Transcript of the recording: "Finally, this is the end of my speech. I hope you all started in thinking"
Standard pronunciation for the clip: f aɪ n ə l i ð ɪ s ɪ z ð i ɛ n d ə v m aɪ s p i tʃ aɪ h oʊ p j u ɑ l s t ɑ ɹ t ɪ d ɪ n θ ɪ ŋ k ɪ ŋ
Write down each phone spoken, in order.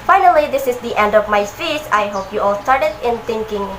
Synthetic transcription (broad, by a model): f aɪ n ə l i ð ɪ s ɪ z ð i ɛ n d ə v m aɪ s i s aɪ h oʊ p j u ɑ l s t ɑ ɹ t ɪ d ɪ n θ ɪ ŋ k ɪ ŋ